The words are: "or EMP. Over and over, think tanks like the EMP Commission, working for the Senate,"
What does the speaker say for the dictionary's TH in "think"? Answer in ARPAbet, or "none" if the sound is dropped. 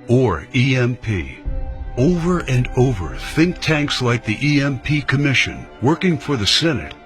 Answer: TH